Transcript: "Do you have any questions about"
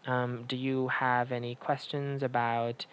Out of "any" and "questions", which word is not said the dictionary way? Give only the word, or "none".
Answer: none